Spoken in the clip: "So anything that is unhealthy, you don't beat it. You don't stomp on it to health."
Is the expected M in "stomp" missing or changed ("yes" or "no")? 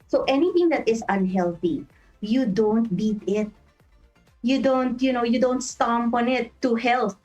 no